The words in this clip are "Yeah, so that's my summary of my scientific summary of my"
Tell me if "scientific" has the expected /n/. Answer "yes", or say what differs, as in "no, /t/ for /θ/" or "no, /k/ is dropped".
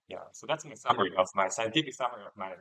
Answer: no, /n/ is dropped